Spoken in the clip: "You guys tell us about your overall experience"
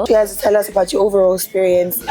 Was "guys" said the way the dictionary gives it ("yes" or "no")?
no